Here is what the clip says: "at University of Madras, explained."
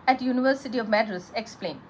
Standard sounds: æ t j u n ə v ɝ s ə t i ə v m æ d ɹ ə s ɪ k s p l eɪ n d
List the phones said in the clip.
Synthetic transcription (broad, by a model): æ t j u n ə v ɝ s ə t i ə v m æ d ɹ ə s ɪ k s p l eɪ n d